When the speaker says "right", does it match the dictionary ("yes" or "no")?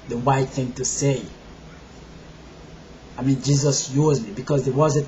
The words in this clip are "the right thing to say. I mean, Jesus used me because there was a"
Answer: no